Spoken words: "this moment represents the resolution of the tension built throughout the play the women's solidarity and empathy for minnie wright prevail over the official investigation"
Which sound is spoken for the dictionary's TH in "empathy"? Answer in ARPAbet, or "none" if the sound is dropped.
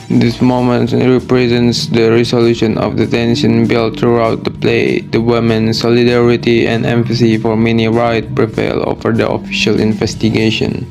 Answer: S